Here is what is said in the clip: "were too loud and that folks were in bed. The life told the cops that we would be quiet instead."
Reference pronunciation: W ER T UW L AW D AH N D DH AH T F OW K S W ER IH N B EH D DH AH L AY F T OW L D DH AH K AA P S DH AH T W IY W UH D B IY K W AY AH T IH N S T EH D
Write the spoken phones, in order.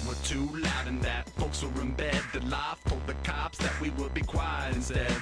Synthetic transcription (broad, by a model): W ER T UW L AW D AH N DH AH T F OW K S W ER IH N B EH D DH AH L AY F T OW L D DH AH K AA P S DH AH T W IY W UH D B IY K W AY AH IH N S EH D